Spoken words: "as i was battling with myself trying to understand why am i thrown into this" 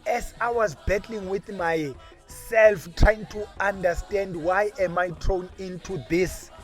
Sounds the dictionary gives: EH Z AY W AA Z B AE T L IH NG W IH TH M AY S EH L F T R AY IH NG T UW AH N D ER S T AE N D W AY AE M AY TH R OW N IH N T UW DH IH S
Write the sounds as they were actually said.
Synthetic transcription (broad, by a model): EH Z AY W AA Z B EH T L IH NG W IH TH M AY S EH L F T R AY IH NG T UW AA N D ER S T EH N D W AY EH M AY T R OW N IH N T UW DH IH S